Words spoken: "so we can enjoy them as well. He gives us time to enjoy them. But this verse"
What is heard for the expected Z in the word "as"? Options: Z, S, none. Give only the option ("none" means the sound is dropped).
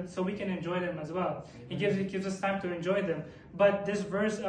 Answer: Z